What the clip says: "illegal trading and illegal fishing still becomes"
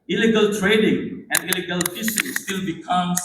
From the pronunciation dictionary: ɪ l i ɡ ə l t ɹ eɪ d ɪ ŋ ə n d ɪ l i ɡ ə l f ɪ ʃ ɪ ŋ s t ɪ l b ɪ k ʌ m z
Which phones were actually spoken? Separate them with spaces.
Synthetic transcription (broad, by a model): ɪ l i ɡ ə l t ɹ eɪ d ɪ ŋ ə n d ɪ l i ɡ ə l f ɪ s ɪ s t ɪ l b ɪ k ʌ m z